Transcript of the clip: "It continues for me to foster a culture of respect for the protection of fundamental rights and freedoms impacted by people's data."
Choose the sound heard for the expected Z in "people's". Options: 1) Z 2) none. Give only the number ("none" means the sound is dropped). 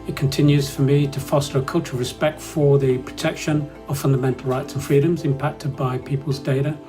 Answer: 1